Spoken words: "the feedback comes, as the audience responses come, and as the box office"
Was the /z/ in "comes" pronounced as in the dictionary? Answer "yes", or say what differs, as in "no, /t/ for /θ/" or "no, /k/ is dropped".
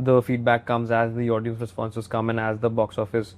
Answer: yes